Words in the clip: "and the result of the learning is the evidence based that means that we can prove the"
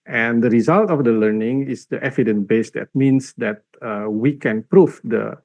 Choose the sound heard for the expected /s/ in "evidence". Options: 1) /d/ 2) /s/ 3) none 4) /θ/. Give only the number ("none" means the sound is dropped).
3